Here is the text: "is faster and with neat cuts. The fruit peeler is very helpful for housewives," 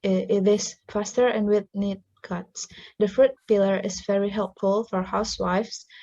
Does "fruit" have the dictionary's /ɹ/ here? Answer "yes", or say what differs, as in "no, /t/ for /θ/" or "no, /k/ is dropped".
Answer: yes